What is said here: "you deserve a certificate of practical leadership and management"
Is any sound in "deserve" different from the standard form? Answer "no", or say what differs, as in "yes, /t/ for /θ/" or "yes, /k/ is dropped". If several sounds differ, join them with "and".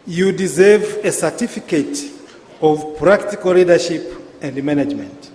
no